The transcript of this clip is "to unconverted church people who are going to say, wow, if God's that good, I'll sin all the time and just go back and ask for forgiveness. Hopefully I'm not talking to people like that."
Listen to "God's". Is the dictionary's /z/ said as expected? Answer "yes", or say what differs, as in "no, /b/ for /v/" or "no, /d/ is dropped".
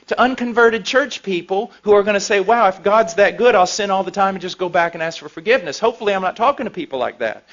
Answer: yes